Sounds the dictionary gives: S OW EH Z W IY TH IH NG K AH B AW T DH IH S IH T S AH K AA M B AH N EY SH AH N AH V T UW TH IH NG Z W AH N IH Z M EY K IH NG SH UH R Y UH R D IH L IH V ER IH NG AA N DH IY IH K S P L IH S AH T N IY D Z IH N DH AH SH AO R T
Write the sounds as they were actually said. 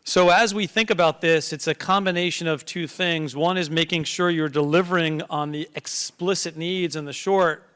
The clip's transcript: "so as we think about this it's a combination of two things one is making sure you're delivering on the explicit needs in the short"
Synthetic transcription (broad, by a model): S OW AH Z W IY TH IH NG K AH B AW T DH IH S IH T S AH K AA M B AH N EY SH AH N AH V T UW TH IH NG Z W AH N IH Z M EY K IH NG SH UH R Y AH R D IH L IH V ER IH NG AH N DH IY IH K S P L IH S AH T N IY D Z IH N DH AH SH AO R T